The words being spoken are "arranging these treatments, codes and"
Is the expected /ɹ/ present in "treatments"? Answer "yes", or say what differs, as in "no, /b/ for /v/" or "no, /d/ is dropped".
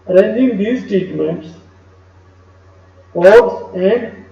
no, /ɹ/ is dropped